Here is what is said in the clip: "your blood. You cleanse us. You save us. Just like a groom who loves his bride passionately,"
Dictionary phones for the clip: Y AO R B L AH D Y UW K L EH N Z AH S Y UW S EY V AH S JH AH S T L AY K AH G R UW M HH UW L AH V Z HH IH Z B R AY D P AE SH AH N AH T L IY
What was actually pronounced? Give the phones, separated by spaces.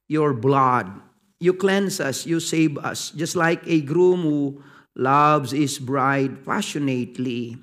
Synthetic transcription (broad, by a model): Y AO R B L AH D Y UW K L EH N S AH S Y UW S EY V AH S JH AH S T L AY K AH G R UW M HH UW L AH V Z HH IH S B R AY D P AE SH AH N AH T L IY